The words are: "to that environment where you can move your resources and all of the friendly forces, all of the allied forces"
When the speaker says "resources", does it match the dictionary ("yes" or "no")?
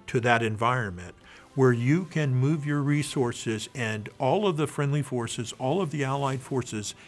yes